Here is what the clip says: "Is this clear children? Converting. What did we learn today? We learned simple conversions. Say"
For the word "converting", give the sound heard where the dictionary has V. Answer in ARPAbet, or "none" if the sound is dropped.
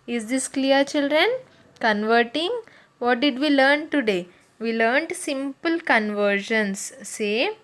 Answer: V